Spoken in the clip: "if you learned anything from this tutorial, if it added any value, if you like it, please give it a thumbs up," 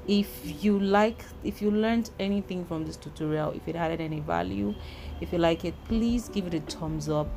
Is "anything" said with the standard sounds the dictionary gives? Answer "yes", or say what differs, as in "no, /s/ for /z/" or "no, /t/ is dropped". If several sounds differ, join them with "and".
yes